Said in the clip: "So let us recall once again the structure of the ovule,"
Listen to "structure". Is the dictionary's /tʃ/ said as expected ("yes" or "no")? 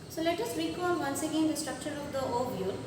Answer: yes